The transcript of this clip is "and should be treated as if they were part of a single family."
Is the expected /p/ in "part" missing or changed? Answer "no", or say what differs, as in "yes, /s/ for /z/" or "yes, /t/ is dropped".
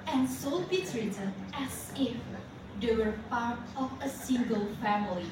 yes, /f/ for /p/